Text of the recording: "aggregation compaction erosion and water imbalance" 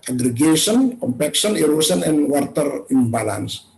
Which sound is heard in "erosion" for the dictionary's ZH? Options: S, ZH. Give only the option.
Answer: S